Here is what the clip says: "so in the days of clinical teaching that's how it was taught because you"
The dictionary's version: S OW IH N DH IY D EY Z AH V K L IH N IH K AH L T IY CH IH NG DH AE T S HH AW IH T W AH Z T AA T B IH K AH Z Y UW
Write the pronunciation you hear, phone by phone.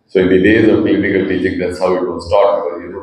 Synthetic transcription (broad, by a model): S OW IH N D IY D EY Z AH V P L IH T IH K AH L T IY CH IH NG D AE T S HH AW IH T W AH S T AA T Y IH AH